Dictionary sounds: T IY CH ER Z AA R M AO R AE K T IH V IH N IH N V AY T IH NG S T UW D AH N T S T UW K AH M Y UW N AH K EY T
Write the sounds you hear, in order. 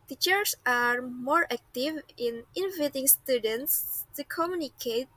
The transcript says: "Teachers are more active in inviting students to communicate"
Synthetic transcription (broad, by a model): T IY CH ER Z AA R M AO R AE K T IH V IH N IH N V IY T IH NG S T UW D AH N T S T UW K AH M Y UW N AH K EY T